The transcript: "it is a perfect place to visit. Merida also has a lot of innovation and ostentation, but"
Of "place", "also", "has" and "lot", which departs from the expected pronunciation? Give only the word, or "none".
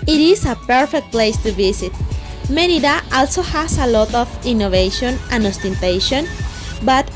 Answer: has